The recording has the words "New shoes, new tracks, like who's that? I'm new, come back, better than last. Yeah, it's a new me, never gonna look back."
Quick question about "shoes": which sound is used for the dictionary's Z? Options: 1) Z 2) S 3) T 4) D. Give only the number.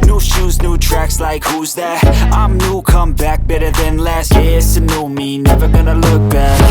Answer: 1